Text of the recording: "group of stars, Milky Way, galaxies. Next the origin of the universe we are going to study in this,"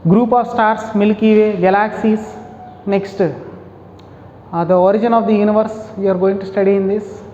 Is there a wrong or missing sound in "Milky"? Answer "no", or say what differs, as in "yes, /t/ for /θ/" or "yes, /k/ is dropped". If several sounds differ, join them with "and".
no